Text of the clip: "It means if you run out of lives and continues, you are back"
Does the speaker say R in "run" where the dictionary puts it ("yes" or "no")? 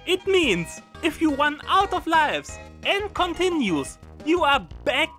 no